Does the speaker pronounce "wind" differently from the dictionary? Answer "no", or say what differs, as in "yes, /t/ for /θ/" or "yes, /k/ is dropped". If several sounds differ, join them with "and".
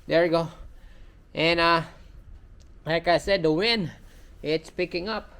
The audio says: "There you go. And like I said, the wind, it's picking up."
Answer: yes, /d/ is dropped